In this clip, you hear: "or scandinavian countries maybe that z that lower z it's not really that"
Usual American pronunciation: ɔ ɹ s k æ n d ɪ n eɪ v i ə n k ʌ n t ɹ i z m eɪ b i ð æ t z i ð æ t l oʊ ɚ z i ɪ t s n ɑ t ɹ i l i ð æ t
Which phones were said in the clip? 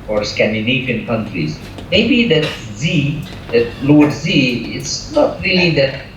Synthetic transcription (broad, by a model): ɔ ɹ s k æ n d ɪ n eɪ f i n k ʌ n t ɹ i z m eɪ b i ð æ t z i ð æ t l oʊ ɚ z i ɪ t s n ɑ t ɹ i l i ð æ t